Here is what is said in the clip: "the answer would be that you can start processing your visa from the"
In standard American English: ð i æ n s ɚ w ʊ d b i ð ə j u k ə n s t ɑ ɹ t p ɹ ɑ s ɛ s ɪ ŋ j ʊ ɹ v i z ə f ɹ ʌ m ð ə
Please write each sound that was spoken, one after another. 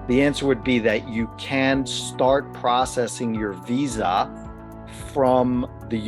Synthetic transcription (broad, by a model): ð i æ n s ɚ w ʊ d b i ð ə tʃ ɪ k ə n s t ɑ ɹ t p ɹ ɑ s ɛ s ɪ ŋ j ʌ ɹ v i z ə f ɹ ʌ m ð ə